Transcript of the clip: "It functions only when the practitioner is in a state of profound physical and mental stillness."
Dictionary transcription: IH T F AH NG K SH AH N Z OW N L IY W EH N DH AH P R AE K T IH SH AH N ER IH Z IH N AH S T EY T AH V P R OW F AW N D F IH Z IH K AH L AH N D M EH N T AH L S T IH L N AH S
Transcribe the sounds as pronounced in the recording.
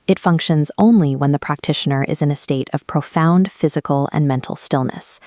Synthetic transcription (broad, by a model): IH T F AH NG K SH AH N Z OW N L IY W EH N DH AH P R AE K T IH SH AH N ER IH Z IH N AH S T EY T AH V P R OW F AW N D F IH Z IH K L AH N M EH N T L S T IH L N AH S